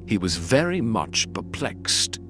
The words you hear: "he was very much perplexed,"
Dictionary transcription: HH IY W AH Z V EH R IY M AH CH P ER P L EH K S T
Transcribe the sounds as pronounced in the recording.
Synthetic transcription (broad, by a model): HH IY W AH Z V EH R IY M AH CH P ER P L EH K S T